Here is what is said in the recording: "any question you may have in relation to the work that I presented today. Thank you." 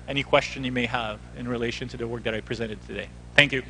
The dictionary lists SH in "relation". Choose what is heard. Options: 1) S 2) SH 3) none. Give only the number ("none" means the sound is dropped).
2